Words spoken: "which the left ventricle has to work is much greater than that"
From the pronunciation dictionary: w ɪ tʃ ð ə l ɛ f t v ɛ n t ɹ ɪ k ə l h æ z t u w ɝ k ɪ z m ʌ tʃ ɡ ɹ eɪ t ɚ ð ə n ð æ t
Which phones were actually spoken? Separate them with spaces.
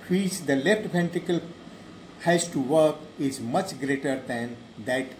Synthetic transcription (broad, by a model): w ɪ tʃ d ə l ɛ f t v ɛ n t ɪ k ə l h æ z t u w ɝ k ɪ z m ʌ tʃ ɡ ɹ eɪ t ɚ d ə n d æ t